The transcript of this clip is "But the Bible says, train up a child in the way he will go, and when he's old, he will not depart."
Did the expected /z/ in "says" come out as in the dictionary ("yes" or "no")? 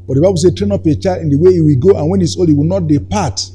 no